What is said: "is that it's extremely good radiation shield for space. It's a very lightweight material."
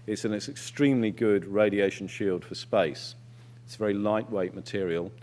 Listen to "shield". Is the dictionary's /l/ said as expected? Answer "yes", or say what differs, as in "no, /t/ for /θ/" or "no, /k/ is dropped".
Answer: yes